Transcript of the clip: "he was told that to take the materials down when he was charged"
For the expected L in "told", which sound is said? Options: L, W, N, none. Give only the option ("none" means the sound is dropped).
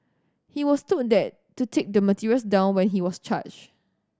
none